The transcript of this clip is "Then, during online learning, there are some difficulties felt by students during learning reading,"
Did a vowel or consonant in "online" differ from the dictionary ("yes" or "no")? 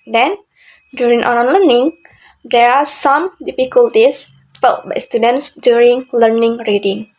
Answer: yes